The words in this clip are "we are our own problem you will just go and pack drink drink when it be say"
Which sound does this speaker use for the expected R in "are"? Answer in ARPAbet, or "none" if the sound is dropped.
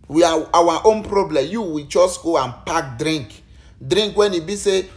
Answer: W